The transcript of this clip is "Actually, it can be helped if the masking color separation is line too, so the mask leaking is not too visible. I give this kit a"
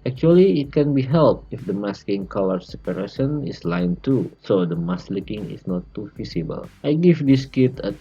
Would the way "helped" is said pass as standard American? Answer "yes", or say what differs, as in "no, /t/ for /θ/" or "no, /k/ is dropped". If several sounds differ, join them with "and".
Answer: no, /t/ is dropped